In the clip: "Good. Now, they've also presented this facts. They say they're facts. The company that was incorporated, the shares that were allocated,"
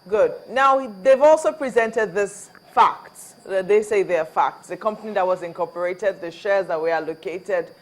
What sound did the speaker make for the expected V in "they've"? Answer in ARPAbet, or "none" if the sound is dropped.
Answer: V